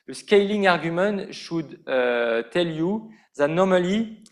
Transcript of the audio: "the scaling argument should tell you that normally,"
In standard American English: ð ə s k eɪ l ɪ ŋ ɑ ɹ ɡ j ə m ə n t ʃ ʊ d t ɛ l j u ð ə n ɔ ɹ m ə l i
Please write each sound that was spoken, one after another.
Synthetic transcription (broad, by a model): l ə s k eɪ l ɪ ŋ ɑ ɹ ɡ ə m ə t ʃ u d t ɛ l j u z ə n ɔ ɹ m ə l i